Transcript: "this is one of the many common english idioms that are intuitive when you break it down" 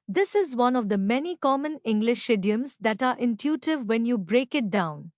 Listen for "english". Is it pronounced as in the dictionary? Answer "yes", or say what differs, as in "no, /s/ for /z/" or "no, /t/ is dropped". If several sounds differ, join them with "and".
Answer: yes